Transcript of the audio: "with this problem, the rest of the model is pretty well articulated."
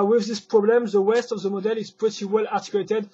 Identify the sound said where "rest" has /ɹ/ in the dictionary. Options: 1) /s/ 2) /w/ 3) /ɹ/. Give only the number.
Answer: 2